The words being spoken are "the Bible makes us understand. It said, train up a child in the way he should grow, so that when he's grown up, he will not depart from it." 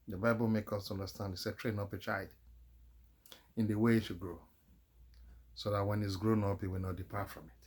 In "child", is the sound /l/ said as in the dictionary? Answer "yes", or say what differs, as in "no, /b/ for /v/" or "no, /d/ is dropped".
no, /l/ is dropped